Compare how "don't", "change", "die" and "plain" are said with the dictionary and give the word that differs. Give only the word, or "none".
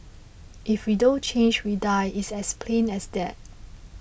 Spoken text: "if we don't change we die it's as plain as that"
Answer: none